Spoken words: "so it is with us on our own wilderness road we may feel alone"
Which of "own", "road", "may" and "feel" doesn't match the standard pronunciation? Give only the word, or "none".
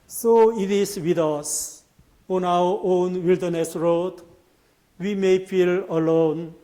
none